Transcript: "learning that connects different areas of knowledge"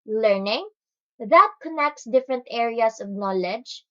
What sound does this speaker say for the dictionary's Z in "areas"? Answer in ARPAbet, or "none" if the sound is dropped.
S